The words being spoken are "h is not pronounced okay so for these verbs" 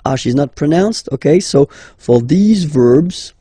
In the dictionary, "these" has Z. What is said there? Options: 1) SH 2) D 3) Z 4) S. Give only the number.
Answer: 3